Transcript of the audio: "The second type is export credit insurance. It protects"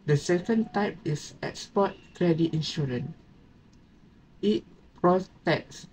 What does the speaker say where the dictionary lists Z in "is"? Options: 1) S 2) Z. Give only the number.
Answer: 1